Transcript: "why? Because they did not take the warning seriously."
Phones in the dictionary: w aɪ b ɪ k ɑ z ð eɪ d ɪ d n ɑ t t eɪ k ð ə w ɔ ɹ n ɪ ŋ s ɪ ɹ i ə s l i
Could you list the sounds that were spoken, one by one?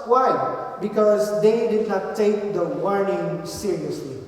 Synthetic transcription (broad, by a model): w aɪ b ɪ k ɑ z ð eɪ d ɪ d n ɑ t t eɪ k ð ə w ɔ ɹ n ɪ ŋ s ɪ ɹ i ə s l i